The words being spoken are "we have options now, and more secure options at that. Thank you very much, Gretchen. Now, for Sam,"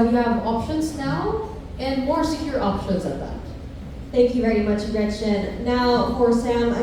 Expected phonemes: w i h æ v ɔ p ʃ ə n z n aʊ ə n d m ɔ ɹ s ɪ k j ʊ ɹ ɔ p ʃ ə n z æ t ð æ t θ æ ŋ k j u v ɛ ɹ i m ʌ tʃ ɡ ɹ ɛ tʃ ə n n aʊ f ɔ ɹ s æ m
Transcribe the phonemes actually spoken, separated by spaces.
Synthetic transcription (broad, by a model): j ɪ v ɔ p ʃ ə n z n aʊ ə n m ɔ ɹ s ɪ k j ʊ ɹ ɔ p ʃ ə n z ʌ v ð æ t θ æ ŋ k j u v ɛ ɹ i m ʌ tʃ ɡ ɹ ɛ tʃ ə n n aʊ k ɔ ɹ s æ m